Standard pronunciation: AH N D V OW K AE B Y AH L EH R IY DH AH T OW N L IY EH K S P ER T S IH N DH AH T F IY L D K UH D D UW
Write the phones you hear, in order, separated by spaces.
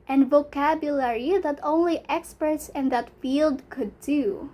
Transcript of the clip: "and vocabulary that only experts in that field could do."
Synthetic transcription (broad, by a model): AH N V OW K AE B Y AH L EH R IY DH AH T OW N L IY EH K S P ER S IH N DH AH T F IY L D K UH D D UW